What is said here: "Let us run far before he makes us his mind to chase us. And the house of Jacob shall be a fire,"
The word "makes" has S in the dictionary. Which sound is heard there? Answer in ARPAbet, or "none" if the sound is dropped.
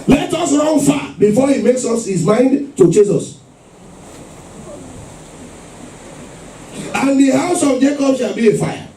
S